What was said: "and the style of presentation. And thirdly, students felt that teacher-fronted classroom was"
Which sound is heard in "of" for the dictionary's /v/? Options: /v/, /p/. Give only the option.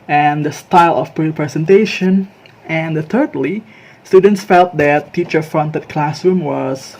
/p/